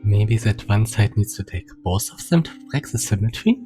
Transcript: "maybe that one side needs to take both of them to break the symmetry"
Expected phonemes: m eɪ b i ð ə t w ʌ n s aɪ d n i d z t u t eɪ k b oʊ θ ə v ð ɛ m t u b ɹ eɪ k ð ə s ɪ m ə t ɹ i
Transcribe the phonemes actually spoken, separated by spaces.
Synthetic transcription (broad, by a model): m eɪ b i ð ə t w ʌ n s aɪ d n i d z t u t eɪ k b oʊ s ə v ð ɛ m t u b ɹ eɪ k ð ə s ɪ m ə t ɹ i